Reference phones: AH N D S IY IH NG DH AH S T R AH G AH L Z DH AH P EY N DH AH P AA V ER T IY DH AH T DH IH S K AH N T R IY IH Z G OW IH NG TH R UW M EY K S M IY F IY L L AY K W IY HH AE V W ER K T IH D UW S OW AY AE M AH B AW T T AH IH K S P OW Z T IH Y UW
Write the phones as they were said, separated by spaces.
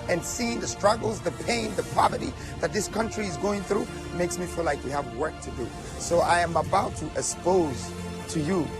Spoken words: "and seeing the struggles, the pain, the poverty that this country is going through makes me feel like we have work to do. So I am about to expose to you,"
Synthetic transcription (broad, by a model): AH N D S IY IH NG DH AH S T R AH G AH L Z DH AH P EY N DH AH P AA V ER T IY DH AH T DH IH S K AH N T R IY IH Z G OW IH NG TH R UW M EY K S M IY F IY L L AY K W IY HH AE V W ER K T IH D UW S OW AY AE M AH B AW T T AH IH K S P OW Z T IH Y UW